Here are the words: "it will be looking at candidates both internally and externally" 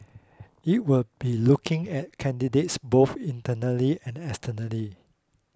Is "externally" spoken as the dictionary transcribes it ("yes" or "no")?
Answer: no